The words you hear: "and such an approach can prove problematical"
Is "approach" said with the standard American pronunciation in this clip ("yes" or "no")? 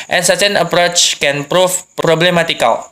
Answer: yes